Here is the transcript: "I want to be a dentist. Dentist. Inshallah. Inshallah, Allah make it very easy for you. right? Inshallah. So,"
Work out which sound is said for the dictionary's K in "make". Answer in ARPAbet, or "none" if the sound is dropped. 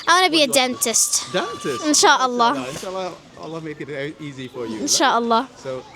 none